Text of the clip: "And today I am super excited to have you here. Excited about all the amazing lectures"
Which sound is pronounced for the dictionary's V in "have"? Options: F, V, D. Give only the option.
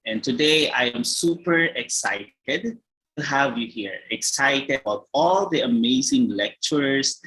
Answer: V